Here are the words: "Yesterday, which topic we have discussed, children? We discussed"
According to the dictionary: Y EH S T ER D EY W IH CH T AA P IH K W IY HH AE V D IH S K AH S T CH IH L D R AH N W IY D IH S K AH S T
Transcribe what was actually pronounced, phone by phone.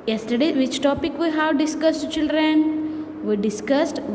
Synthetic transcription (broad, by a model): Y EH S T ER D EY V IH CH T AA P IH K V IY HH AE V D IH S K AH S T CH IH L D R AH N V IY D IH S K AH S T